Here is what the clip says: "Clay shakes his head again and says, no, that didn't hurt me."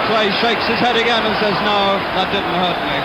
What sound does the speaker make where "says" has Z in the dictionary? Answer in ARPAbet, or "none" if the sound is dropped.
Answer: Z